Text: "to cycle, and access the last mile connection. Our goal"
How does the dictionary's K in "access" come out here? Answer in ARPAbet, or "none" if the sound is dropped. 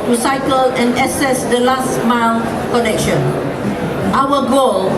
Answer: none